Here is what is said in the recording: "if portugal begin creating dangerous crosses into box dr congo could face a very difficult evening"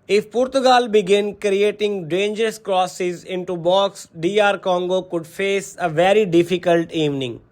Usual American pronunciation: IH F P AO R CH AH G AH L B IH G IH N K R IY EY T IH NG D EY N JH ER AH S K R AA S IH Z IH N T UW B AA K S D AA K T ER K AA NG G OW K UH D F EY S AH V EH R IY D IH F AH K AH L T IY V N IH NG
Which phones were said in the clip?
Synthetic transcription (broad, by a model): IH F P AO R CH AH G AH L B IH G IH N K R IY EY T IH NG D EY N JH ER AH S K R AA S IH Z IH N T UW B AA K S D AA T K AA NG G OW K UH D F EY S AH V EH R IY D IH F AH K AH L T IY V N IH NG